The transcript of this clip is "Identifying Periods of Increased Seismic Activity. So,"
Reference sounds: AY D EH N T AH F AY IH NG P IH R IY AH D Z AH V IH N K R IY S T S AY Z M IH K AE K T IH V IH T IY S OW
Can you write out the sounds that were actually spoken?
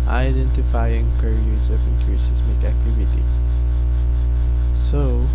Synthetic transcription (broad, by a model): AY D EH N T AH F AY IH NG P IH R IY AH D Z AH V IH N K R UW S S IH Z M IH K AE K T IH V IH T IY S OW